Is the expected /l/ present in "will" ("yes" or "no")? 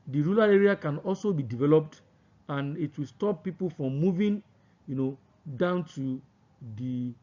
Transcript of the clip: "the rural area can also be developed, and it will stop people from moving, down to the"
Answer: yes